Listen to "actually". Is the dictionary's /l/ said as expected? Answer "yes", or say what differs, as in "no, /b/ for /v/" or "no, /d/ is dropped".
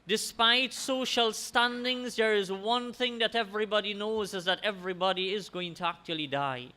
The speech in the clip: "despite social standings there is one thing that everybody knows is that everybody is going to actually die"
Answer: yes